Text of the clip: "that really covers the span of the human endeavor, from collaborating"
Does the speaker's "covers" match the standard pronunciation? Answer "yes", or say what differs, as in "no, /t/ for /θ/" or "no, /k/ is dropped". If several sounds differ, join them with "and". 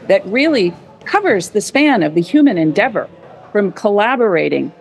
yes